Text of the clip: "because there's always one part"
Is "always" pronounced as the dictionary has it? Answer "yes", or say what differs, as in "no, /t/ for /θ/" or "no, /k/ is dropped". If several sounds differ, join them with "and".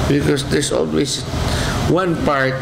no, /s/ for /z/